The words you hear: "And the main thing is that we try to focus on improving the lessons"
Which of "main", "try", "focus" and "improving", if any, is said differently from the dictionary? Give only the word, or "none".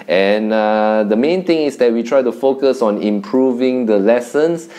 none